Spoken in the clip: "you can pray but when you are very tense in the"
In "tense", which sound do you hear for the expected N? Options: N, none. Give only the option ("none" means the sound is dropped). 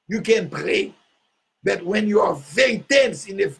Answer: N